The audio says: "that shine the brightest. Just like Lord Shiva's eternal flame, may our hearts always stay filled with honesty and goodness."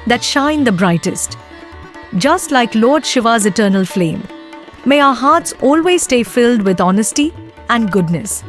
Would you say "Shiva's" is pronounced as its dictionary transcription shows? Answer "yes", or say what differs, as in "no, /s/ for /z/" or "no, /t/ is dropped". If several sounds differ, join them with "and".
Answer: yes